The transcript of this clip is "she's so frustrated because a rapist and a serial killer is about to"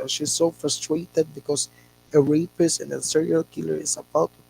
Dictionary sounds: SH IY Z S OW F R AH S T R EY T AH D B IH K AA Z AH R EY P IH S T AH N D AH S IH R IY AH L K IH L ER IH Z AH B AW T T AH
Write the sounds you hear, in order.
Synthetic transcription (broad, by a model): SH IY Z S OW F R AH S T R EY T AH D B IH K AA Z AH R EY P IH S AH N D AH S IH R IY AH L K IH L ER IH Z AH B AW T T